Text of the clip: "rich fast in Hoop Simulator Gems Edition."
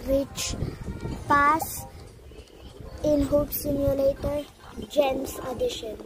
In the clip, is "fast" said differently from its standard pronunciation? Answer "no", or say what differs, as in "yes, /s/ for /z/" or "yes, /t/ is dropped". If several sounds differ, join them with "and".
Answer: yes, /p/ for /f/ and /t/ is dropped